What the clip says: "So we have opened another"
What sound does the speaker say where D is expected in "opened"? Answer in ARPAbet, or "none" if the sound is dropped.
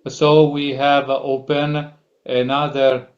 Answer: none